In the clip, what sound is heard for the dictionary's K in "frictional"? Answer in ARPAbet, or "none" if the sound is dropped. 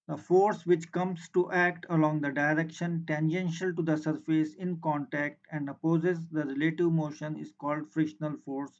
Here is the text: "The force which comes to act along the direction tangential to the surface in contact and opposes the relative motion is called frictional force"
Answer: none